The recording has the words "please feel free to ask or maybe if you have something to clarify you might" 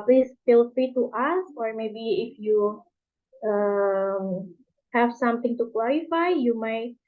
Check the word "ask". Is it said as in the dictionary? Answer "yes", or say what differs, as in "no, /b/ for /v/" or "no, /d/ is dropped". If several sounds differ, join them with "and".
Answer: no, /k/ is dropped